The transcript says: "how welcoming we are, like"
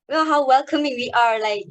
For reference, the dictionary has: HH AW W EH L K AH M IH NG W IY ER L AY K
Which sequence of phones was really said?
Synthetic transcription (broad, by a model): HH AW W EH L K AH M IH NG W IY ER L AY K